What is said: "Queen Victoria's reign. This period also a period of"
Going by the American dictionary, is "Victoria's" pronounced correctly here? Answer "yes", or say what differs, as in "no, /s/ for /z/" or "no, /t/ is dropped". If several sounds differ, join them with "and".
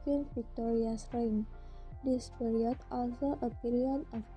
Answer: no, /s/ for /z/